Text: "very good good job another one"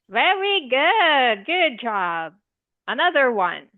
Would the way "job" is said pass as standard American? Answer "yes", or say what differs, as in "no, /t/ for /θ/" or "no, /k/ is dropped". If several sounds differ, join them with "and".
yes